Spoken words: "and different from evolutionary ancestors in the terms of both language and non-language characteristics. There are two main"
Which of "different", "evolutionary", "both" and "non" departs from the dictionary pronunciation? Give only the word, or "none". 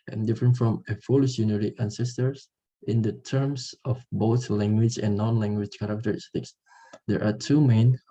evolutionary